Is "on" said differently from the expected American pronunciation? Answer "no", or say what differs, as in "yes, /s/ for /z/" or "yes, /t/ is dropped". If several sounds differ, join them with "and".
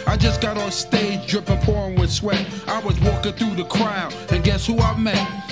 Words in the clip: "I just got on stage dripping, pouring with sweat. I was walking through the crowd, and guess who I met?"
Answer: yes, /l/ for /n/